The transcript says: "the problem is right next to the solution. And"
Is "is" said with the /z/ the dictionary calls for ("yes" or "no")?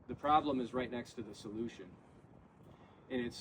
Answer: yes